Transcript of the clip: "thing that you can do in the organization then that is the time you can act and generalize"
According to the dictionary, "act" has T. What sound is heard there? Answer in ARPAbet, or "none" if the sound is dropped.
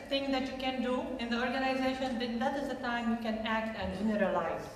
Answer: T